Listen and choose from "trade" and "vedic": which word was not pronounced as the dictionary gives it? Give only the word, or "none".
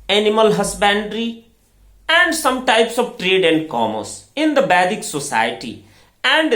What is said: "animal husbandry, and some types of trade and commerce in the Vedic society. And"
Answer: vedic